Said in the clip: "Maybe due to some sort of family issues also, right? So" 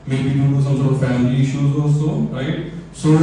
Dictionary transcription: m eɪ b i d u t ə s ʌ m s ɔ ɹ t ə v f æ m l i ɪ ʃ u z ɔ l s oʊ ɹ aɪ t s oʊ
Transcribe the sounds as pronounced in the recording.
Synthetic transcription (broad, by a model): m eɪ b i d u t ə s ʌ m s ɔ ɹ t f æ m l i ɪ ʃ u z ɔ s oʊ ɹ aɪ t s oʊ